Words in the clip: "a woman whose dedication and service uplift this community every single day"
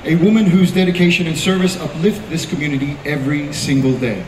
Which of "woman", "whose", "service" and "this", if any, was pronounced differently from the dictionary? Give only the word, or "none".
none